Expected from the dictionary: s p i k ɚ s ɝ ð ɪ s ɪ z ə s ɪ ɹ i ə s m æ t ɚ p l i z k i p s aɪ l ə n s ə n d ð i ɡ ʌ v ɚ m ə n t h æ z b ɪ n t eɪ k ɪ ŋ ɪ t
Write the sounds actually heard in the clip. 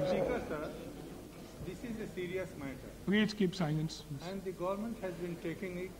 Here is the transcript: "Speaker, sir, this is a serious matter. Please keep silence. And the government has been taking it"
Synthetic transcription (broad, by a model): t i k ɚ s ɝ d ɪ s ɪ z ə s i ɹ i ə s m æ t ɚ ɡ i s k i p s aɪ l ə n s ə n d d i ɡ ʌ v ɚ m ə n t h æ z b ɪ n t eɪ k ɪ ŋ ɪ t